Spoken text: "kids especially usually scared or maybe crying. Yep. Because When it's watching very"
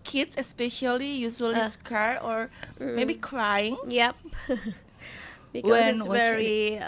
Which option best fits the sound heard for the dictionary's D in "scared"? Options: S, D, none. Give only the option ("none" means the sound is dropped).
none